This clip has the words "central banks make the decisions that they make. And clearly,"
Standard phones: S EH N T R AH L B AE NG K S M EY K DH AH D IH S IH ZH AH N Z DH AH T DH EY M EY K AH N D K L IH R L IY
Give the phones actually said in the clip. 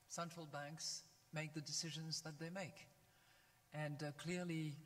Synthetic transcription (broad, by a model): S EH N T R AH L B AE NG K S M EY K DH AH D IH S IH ZH AH N Z DH AH T DH EY M EY K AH N K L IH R L IY